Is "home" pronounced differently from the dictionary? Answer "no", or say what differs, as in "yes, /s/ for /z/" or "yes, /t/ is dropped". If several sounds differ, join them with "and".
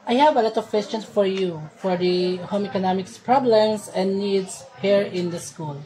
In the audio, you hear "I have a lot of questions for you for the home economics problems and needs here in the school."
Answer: no